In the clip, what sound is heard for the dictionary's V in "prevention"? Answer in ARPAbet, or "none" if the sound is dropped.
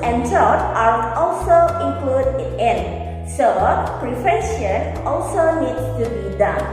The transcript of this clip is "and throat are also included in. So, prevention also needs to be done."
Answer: F